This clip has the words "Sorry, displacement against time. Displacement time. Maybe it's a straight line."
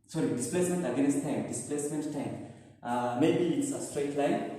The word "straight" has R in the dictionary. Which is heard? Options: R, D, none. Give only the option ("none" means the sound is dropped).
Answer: R